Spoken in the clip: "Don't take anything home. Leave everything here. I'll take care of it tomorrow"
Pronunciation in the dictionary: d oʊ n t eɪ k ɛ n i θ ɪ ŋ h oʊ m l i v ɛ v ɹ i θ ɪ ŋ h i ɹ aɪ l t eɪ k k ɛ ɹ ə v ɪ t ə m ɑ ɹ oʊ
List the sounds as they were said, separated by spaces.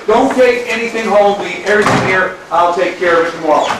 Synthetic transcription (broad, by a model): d oʊ n t eɪ k ɛ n i θ ɪ ŋ h oʊ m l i ɛ v ɹ i θ ɪ ŋ h i ɹ aɪ l t eɪ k k ɛ ɹ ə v ɪ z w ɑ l